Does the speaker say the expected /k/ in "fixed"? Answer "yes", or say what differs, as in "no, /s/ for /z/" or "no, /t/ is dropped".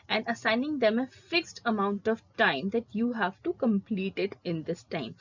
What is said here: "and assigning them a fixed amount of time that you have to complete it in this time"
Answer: yes